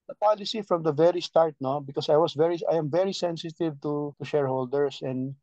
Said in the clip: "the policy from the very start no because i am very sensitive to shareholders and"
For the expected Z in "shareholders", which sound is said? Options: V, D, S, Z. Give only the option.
S